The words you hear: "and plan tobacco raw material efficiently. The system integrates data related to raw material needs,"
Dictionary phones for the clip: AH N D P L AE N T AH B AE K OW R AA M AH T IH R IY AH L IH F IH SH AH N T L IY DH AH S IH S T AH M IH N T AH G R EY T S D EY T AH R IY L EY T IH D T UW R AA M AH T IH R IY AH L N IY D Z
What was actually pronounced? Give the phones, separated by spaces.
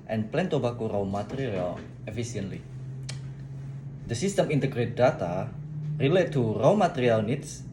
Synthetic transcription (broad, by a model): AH N P L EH N T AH B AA K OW R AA M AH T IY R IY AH L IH F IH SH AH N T L IY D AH S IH S T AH M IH N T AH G R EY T D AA T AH R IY L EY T T UW R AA M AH T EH R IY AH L N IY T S